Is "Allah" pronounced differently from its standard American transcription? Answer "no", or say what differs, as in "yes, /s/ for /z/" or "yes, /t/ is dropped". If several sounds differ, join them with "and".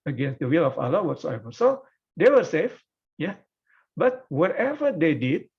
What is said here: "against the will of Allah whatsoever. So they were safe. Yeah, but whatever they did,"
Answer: no